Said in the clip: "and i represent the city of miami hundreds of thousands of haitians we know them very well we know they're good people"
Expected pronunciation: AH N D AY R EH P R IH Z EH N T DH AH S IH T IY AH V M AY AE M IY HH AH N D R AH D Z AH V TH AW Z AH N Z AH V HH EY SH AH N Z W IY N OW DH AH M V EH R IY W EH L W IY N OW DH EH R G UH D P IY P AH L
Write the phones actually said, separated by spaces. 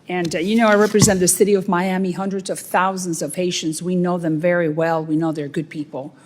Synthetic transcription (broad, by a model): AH N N AY R EH P R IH Z EH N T DH AH S IH T IY AH V M AY AE M IY HH AH N D R AH D Z AH V TH AW Z AH N Z AH V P EY SH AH N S W IY N OW DH AH M V EH R IY W EH L W IY N OW DH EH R G UH D P IY P L